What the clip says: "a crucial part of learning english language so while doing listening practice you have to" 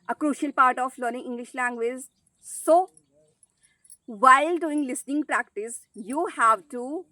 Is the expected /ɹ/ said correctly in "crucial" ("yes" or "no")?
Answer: yes